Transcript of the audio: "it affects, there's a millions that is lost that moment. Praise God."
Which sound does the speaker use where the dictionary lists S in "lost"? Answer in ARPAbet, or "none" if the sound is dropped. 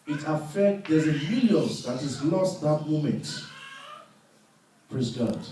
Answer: S